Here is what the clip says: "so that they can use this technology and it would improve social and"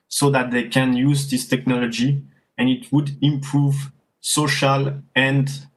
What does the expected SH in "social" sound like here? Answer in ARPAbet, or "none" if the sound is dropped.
SH